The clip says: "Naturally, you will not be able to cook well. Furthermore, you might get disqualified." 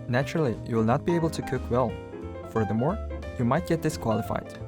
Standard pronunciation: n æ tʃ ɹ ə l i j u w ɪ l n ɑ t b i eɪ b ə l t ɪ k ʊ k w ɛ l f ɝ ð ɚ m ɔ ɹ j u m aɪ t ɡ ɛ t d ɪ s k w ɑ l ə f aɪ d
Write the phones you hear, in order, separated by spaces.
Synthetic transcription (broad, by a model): n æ tʃ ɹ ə l i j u w ɪ l n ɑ t b i eɪ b l t ɪ k ʊ k w ɛ l f ɝ ð ɚ m ɔ ɹ j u m aɪ t ɡ ɛ t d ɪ s k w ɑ l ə f aɪ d